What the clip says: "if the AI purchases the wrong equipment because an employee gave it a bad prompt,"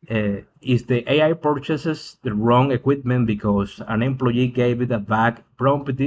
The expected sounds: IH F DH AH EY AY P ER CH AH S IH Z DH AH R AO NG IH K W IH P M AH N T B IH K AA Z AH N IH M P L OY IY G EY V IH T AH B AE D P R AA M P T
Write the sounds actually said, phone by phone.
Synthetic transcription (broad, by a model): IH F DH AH EY AY P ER CH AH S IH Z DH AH R AO NG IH K W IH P M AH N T B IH K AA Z AH N IH M P L OY IY G EY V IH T AH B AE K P R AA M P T